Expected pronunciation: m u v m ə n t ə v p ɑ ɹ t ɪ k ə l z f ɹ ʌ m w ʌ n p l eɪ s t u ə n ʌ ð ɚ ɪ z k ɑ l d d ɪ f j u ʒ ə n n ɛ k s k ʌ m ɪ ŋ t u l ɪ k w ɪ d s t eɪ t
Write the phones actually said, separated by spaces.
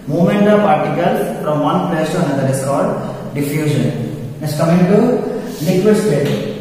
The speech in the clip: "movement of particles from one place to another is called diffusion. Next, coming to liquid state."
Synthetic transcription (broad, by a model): m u m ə n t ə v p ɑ ɹ t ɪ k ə l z f ɹ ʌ m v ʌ n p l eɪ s t u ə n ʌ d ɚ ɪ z k ɑ l d d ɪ f j u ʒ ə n n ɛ s k ʌ m ɪ ŋ t u n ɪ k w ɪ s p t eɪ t